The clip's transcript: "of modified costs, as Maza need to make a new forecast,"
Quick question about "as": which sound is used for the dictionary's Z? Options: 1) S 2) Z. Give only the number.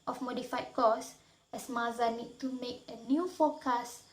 1